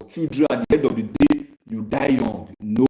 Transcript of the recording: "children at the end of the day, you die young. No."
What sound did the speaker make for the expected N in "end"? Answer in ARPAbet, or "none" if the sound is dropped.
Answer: none